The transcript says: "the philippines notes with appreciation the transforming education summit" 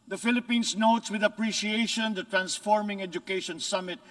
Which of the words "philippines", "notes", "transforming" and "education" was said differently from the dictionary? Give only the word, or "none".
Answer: philippines